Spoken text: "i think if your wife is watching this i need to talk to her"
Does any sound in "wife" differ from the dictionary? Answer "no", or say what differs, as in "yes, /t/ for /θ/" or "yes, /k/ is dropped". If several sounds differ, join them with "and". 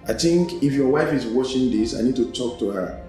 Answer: no